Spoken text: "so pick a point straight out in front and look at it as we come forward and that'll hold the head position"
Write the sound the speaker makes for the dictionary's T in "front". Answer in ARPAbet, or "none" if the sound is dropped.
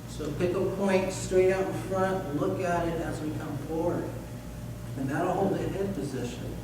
T